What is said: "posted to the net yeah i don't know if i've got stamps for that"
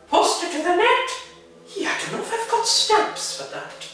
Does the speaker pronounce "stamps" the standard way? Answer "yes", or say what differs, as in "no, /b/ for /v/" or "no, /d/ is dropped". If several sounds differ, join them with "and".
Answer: no, /m/ is dropped